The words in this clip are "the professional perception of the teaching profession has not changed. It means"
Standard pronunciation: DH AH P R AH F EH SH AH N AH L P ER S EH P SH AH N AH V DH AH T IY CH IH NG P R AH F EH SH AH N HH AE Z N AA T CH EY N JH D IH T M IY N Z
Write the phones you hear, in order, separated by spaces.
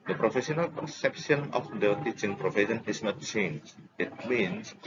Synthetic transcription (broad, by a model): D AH P R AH F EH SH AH N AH L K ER S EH P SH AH N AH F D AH T IY CH IH NG P R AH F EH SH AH N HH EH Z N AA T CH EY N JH IH T M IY N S